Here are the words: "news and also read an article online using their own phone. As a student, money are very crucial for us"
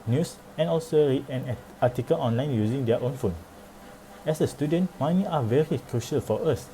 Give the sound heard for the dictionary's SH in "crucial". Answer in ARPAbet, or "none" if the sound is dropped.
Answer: SH